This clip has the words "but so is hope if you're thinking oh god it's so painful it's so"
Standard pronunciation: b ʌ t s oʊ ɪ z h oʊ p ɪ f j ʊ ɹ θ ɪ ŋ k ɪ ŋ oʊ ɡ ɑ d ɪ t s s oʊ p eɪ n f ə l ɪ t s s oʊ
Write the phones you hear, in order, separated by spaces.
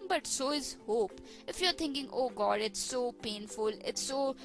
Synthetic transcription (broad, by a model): b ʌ t s oʊ ɪ z h oʊ p ɪ f j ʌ ɹ t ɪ ŋ k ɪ ŋ oʊ ɡ ɑ d ɪ t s s oʊ p eɪ n f ə l ɪ t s s oʊ